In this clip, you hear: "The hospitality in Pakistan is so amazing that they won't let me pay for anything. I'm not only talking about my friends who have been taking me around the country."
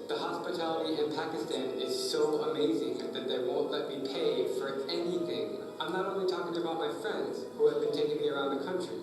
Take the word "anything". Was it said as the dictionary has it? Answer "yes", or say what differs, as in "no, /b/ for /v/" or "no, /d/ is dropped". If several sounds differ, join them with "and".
yes